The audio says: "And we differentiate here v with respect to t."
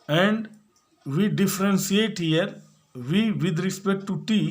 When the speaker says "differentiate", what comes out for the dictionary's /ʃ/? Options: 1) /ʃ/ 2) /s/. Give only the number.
2